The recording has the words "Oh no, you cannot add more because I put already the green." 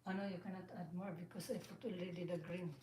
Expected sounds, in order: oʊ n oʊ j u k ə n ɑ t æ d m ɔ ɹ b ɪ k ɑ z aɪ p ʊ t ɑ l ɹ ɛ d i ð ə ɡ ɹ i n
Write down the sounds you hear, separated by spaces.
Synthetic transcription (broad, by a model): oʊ n oʊ j u k ə n ɑ t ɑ d m ɔ ɹ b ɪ k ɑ s aɪ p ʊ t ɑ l ɛ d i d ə ɡ ɹ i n